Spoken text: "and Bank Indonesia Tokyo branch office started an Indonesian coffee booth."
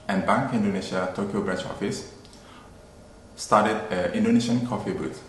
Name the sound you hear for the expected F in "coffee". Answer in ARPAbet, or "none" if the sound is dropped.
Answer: F